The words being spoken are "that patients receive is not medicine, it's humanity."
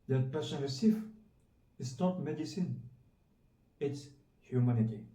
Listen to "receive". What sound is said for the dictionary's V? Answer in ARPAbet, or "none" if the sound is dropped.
F